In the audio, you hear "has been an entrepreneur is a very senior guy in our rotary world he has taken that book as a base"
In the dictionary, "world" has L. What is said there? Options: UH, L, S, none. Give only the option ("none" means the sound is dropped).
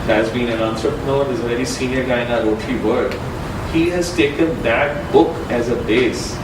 none